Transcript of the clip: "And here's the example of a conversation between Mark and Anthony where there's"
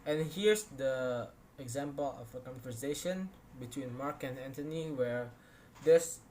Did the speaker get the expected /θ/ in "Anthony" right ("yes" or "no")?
no